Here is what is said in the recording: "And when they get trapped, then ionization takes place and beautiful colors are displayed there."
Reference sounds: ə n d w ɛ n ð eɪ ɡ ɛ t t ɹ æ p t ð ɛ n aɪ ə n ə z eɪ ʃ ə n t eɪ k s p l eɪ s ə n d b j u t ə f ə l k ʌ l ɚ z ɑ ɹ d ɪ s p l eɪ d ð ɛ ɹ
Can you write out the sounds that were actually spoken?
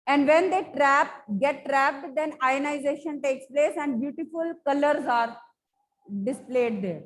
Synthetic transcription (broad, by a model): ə n d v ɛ n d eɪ ɡ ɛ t t ɹ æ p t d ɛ n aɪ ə n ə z eɪ ʃ ə n t eɪ k s p l eɪ s ə n d b j u t ə f ə l k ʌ l ɚ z ɑ ɹ d ɪ s p l eɪ d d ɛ ɹ